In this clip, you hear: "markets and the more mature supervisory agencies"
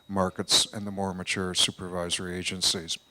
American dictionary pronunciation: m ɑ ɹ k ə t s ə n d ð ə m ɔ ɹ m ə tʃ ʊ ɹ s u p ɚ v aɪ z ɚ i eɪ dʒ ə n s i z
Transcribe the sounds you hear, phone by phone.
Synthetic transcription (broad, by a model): m ɑ ɹ k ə t s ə n ð ə m ɔ ɹ m ə tʃ ʊ ɹ s u p ɚ v aɪ z ɚ i eɪ dʒ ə n s i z